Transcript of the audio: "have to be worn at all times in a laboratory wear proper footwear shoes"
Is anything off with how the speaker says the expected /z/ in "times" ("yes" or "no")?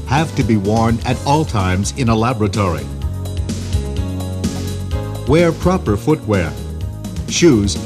no